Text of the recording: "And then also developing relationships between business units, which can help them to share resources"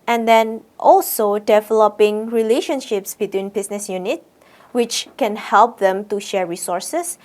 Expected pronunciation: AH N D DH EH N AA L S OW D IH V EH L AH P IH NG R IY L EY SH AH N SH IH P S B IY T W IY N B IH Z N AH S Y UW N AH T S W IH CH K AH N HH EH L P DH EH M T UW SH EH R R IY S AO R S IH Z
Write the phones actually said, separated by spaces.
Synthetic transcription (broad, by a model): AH N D EH N AA L S OW D IH V EH L AH P IH NG R IY L EY SH AH N SH IH P S B IY T W IY N B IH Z N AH S Y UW N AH T W IH CH K AH N HH EH L P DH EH M T UW SH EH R R IY S AO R S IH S